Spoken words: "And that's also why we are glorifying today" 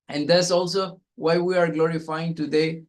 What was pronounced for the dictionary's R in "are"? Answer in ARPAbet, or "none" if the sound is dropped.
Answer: R